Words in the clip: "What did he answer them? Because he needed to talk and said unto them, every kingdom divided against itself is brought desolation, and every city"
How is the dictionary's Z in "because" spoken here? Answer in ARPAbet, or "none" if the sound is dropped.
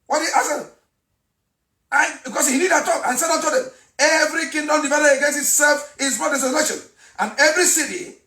S